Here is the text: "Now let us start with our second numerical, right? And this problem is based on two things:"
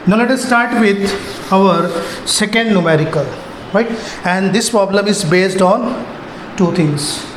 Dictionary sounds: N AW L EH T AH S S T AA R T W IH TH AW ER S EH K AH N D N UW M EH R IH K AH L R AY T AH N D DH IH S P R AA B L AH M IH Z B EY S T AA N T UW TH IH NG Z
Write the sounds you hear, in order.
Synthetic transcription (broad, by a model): N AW L EH T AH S S T AA R T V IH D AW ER S EH K AH N D N UW M EH R IH K AH L R AY T AH N D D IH S P R AA B L AH M IH Z B EY S T AA N T UW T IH NG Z